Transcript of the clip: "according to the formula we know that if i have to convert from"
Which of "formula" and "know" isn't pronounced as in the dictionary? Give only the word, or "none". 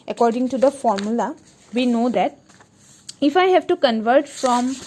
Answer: none